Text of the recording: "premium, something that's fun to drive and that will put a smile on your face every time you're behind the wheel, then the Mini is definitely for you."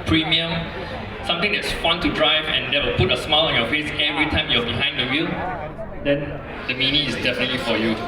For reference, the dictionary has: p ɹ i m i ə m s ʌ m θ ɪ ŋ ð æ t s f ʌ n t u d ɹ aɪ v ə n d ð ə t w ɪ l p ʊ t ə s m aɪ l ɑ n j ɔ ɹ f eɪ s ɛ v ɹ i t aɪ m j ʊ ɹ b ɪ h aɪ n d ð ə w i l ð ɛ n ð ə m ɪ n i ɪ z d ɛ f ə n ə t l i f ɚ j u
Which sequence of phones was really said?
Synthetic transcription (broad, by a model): p ɹ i m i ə m s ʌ m t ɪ ŋ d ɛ t s f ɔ n t u d ɹ aɪ v ə n d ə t w ɪ l p ʊ t ə s m aɪ l ɑ n j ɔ f eɪ s ɛ v ɹ i t aɪ m j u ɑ b ɪ h aɪ n d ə w i l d ɛ n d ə m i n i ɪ s d ɛ f ə n ə t l i f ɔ j u